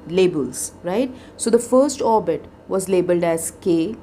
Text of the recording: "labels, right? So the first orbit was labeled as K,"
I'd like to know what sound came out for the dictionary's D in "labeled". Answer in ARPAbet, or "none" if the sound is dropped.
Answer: D